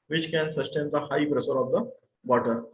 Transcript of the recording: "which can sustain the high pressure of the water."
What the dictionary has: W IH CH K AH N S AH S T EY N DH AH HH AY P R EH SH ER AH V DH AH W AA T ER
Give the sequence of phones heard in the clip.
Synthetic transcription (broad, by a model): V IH CH K AH N S AH S T EY N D AH HH AY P R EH S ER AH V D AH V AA T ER